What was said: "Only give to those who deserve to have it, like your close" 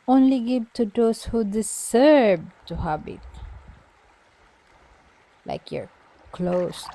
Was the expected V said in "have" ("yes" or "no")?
no